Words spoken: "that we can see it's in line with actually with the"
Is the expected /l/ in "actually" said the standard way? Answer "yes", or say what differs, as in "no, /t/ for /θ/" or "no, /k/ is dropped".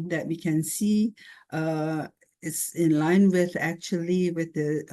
yes